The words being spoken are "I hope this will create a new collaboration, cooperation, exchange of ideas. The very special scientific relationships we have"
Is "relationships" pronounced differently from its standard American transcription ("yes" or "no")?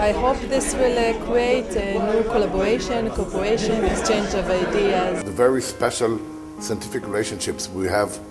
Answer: no